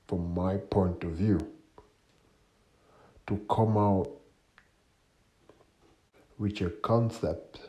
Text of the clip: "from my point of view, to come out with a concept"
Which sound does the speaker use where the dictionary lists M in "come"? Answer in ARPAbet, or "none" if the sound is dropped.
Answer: M